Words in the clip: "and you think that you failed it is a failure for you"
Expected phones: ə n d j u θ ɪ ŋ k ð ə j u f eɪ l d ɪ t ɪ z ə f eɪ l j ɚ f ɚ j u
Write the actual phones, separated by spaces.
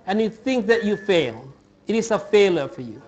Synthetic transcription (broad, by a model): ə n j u θ ɪ ŋ k ð ə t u f eɪ l ɪ t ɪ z ə f eɪ l j ɚ f ɚ j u